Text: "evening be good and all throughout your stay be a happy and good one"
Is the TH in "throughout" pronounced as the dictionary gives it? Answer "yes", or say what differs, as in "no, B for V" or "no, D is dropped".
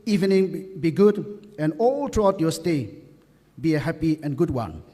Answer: no, T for TH